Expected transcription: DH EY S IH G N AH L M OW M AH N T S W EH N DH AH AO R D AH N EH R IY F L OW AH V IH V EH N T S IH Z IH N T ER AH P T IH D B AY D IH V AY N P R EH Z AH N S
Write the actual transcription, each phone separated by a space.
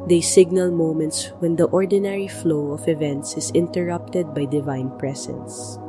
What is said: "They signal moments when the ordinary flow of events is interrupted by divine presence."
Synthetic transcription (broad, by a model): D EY S IH G N AH L M OW M AH N T S W EH N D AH AO R D AH N EH R IY F L OW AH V IH V EH N T S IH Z IH N T ER AH P T IH D B AY D IH V AY N P R EH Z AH N S